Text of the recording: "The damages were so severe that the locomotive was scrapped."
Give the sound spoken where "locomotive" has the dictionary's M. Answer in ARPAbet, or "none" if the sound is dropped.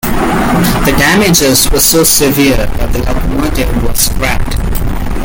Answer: none